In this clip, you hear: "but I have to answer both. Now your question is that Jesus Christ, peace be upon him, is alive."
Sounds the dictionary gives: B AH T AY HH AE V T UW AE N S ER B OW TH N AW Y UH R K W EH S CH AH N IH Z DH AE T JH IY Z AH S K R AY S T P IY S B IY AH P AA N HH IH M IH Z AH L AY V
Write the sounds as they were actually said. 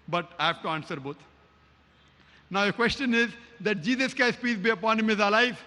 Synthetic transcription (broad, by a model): B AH T AY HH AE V T UW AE N S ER B OW T N AW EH K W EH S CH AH N IH Z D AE T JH IY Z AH S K AY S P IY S B IY AH P AA N HH IH M IH Z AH L AY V